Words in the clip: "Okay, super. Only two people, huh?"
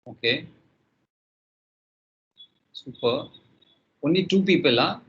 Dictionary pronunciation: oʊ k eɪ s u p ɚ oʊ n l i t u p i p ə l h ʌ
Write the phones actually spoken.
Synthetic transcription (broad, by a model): oʊ k eɪ s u p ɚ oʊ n i t u p i p ə l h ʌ